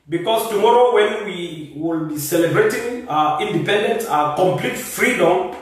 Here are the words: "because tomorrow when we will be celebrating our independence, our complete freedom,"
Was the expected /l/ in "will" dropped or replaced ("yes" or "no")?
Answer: no